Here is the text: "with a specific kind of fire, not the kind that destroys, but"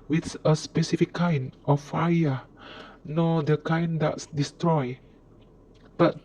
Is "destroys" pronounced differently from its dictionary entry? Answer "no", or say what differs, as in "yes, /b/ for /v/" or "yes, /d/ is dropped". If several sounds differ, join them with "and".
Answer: yes, /z/ is dropped